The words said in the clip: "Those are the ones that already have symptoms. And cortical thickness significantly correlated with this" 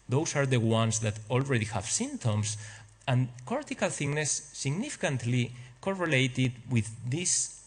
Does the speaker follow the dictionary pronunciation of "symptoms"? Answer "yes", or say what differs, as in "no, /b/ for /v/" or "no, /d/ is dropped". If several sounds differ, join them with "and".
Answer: no, /p/ is dropped and /s/ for /z/